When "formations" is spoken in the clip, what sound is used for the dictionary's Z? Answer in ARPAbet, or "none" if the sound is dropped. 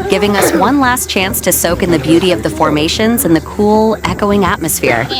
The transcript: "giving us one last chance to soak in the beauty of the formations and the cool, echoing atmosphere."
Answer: Z